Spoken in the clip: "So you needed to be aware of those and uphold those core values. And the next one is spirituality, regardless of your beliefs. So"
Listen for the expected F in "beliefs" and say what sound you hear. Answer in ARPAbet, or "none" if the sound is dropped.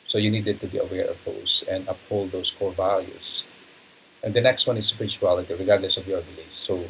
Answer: none